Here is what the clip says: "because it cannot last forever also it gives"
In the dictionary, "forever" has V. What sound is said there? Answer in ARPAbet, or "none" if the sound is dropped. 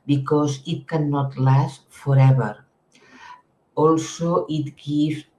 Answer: B